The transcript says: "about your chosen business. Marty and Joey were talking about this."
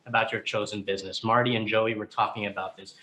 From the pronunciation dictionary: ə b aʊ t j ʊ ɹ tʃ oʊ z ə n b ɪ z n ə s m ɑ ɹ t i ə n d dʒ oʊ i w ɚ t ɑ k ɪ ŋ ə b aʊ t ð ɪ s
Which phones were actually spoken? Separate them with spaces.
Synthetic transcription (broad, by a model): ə b aʊ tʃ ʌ ɹ tʃ oʊ z ə n b ɪ z n ə s m ɑ ɹ t i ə n dʒ oʊ i w ɚ t ɑ k ɪ ŋ ə b aʊ t ð ɪ s